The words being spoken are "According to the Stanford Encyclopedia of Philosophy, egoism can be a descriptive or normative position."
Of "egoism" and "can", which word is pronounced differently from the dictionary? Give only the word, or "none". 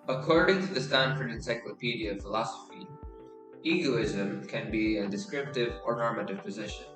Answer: none